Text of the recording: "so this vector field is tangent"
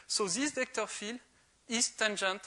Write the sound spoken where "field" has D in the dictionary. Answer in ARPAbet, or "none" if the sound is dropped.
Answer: none